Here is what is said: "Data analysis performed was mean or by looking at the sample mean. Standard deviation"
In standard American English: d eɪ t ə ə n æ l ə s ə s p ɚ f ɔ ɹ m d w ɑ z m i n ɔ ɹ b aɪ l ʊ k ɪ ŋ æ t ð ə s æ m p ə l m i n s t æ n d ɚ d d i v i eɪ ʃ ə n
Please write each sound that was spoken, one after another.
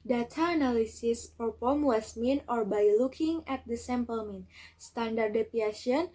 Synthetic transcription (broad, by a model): d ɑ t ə n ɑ l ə s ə s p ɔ p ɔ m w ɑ s m i n ɔ ɹ b aɪ l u k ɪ ŋ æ t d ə s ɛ m p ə l m i n s t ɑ n d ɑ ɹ d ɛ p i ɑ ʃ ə n